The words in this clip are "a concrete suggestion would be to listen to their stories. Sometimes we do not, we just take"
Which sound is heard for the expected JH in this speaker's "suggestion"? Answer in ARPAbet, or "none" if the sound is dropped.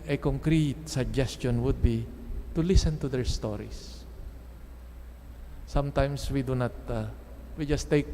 JH